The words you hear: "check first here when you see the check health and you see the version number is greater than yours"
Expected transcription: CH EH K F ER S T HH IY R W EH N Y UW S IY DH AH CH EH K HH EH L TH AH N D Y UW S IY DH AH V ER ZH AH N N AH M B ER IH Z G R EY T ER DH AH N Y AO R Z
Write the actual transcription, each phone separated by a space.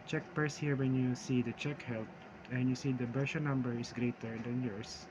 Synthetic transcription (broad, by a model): CH EH K P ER S HH IY R W EH N Y UW S IY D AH CH EH K HH EH L T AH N Y UW S IY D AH B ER SH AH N N AH M B ER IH S G R EY T ER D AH N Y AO R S